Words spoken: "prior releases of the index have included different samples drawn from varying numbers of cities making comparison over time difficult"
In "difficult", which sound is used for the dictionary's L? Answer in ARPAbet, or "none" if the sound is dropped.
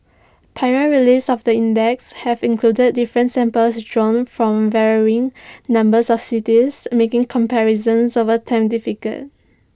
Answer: none